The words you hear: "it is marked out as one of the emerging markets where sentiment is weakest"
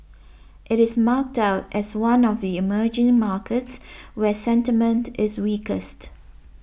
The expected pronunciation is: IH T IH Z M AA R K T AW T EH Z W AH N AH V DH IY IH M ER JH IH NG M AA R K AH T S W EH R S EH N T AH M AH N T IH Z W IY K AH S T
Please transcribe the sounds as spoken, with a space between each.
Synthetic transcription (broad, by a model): IH T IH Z M AA K T AW T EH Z W AH N AH V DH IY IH M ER JH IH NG M AA K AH T S W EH S EH N T AH M AH N T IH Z W IY K AH S T